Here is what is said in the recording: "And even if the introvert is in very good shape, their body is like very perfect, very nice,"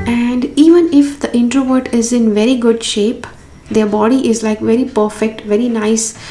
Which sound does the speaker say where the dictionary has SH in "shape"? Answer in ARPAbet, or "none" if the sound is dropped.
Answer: SH